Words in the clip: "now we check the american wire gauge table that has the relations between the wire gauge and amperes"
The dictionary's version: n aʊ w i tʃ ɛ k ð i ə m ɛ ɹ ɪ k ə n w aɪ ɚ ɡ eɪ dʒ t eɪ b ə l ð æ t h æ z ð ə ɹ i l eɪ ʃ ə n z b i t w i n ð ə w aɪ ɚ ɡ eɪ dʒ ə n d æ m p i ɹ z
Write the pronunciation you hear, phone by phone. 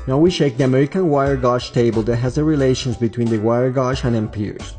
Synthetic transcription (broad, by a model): n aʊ w i ʃ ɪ k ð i ə m ɛ ɹ ɪ k ə n w aɪ ɚ ɡ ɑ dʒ t eɪ b ə l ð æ t h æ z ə ɹ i l eɪ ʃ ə n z b i t w i n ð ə w aɪ ɚ ɡ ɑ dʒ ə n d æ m p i ɹ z